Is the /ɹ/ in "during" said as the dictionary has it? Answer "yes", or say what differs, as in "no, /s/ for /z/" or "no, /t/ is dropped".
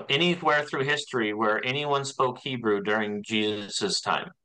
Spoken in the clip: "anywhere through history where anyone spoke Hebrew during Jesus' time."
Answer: yes